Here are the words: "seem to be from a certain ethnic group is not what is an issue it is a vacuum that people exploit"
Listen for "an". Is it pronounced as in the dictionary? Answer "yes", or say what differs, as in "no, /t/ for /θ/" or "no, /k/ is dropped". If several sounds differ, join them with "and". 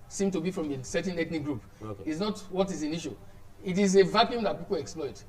yes